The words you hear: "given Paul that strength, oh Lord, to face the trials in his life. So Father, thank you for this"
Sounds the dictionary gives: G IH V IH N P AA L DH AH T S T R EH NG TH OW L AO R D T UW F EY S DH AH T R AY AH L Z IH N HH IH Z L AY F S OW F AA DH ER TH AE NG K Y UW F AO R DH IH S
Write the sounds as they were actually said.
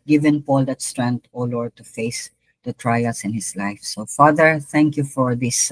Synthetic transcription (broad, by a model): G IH V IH N P AA L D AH T S T R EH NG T OW L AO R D T UW F EY S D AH T R AY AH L S IH N HH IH S L AY F S OW F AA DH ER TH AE NG K Y UW F AO R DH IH S